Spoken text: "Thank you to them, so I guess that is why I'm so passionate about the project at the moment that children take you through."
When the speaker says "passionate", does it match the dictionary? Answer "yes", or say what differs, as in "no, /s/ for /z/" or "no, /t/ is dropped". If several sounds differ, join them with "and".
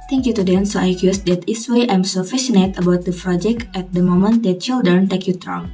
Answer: no, /f/ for /p/